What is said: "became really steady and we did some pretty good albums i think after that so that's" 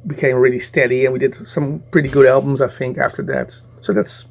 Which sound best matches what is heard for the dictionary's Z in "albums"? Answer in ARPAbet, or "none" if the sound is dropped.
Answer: Z